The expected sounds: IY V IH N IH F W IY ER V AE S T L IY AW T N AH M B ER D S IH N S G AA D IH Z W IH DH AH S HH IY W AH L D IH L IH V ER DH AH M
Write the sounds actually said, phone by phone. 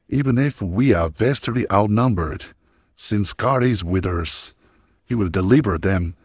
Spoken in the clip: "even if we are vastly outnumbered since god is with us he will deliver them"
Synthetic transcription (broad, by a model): IY V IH N IH F W IY ER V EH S T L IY AW T N AH M B ER D S IH N S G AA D IH Z W IH DH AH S HH IY W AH D IH L IH V ER DH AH M